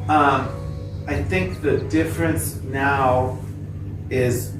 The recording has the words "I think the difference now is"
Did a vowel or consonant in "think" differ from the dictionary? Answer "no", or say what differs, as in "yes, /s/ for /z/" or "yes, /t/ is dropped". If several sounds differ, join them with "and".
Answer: no